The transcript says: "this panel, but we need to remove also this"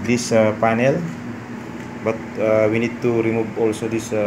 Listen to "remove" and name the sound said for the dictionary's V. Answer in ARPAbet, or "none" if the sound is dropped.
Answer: B